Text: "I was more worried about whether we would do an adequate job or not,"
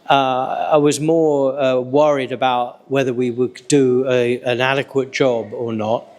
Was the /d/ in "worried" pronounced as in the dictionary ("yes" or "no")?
yes